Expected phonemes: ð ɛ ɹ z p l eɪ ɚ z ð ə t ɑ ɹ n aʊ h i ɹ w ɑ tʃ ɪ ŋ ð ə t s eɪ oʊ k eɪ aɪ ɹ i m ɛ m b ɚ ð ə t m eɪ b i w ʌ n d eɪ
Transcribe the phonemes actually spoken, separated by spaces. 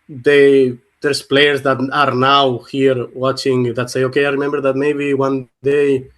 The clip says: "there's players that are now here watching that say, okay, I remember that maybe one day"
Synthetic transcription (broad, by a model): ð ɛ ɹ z p l eɪ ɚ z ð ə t ɑ ɹ n aʊ h i ɹ w ɑ tʃ ɪ ŋ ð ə t s eɪ oʊ k eɪ aɪ ɹ i m ɛ m b ɚ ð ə t m eɪ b i w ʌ n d eɪ